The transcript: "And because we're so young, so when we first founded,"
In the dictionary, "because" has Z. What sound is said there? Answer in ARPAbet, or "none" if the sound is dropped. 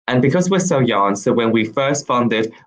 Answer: Z